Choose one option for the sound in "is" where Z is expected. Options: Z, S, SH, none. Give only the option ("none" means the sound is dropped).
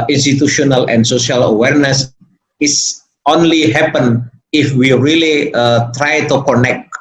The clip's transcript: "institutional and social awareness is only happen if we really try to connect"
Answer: S